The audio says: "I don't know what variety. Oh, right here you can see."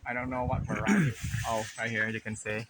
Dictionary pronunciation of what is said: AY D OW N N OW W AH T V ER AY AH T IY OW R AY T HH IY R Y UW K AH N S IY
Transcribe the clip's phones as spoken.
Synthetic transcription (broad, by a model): AY D OW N N OW W AH T F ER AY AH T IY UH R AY HH IY R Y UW K AH N S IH